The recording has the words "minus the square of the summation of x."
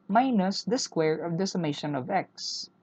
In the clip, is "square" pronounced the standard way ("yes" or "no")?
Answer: yes